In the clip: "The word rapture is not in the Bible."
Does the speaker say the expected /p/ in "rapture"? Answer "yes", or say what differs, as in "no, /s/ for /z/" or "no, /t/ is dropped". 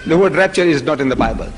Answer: yes